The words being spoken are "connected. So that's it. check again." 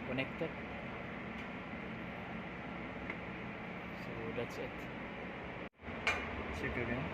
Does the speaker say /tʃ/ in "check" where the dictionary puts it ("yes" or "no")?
no